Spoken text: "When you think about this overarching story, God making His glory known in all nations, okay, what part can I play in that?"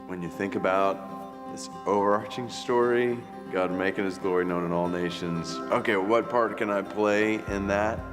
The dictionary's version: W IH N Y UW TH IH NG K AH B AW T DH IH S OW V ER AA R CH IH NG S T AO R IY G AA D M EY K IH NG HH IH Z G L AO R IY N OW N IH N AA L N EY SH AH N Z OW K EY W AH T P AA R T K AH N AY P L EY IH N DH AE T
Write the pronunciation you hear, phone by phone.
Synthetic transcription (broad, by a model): W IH N Y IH TH IH NG K AH B AW T DH IH S OW V ER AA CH IH NG S T AO R IY G AA D M EY K IH NG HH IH Z G L AO R IY N OW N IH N AA L N EY SH AH N Z OW K EY W AH T P AA R T K AH N AY P L EY IH N DH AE T